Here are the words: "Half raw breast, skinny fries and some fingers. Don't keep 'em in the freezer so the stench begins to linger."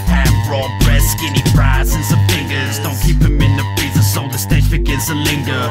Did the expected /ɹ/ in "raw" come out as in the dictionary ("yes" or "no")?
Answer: yes